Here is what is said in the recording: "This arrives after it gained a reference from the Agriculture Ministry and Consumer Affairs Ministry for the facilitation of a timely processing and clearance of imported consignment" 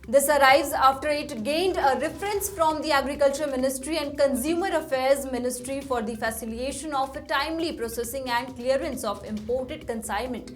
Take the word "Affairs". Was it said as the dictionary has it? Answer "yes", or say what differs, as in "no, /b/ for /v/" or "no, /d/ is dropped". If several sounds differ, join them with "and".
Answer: yes